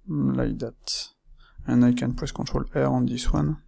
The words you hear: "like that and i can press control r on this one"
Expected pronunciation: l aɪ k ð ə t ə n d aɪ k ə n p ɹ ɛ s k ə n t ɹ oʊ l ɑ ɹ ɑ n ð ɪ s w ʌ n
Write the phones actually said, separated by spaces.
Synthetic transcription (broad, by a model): l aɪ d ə t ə n aɪ k ə n p w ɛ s k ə t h oʊ l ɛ ɹ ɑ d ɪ s w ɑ n